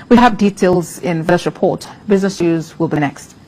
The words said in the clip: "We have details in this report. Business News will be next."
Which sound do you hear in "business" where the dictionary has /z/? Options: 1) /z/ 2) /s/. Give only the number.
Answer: 1